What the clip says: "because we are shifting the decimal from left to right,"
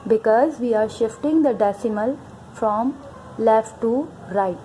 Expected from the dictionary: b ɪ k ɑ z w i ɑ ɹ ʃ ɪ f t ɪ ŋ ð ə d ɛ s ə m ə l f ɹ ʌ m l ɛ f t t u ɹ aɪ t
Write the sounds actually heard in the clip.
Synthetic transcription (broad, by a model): b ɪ k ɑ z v i ɑ ɹ ʃ ɪ f t ɪ ŋ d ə d ɛ s ə m ə l f ɹ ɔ m l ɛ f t t u ɹ aɪ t